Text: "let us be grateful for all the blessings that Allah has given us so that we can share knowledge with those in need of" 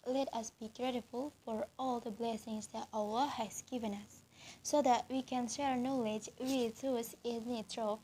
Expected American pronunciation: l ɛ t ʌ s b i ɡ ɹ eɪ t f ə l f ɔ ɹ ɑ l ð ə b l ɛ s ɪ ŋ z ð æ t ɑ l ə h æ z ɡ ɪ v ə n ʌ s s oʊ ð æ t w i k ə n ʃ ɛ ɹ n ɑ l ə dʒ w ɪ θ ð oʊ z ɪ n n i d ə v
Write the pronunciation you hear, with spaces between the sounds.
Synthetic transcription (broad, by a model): l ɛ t ʌ s b i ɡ ɹ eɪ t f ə l f ɔ ɹ ɑ l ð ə b l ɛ s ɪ ŋ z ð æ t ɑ w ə h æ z ɡ ɪ v ə n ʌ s s oʊ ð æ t w i k ə n ʃ ɛ ɹ n ɑ l ə dʒ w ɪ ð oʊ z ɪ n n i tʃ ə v